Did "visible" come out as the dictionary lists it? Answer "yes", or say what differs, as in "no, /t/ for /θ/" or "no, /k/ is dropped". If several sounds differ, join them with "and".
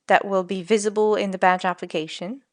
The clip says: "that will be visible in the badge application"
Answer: yes